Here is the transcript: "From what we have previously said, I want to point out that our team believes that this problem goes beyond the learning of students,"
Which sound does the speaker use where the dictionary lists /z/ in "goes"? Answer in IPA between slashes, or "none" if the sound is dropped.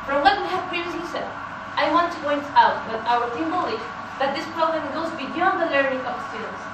/z/